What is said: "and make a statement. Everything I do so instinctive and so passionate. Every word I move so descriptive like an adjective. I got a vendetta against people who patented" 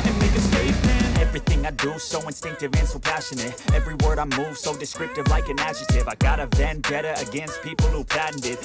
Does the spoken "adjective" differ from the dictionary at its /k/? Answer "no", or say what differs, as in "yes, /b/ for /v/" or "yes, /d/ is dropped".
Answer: yes, /k/ is dropped